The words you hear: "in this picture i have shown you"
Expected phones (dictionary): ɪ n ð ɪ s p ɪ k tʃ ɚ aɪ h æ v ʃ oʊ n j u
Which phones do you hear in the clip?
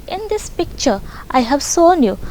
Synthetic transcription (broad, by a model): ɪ n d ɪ s p ɪ k tʃ ɚ aɪ h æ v s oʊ n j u